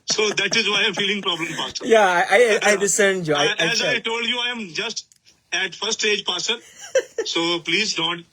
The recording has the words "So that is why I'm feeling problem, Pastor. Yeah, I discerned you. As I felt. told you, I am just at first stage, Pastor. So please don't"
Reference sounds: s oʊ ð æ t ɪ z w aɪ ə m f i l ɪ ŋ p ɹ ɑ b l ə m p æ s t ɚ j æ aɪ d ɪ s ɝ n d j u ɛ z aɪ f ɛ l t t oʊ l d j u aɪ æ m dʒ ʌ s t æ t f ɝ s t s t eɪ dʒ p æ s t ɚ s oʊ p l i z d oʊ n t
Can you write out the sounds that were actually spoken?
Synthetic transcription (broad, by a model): s oʊ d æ t ɪ z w aɪ ə m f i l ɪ ŋ p ɹ ɑ b l ə m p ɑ s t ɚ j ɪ aɪ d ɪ s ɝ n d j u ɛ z aɪ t t oʊ l d j u aɪ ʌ m dʒ ʌ s t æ t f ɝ t s t eɪ dʒ p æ s t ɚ s oʊ p l i z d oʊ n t